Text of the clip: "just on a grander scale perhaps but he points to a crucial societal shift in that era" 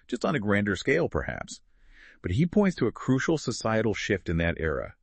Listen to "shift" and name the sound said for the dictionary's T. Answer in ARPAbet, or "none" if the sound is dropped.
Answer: T